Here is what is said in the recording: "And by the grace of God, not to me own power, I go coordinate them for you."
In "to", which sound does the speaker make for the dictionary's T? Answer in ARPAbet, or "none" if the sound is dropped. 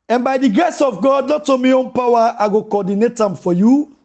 T